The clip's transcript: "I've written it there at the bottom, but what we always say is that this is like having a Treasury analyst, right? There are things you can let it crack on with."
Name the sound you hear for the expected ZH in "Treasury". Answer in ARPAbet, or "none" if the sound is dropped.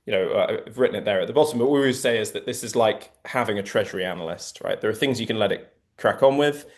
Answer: ZH